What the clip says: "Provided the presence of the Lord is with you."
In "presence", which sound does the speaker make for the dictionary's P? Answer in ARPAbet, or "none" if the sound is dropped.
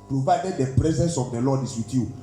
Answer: P